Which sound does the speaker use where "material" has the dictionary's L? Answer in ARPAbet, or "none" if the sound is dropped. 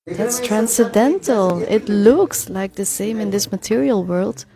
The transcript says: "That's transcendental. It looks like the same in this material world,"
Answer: L